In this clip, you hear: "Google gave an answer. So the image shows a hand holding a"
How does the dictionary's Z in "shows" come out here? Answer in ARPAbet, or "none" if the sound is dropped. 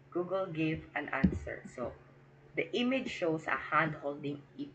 S